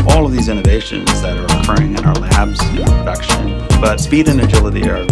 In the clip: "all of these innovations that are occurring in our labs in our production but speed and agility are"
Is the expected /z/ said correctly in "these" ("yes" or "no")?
yes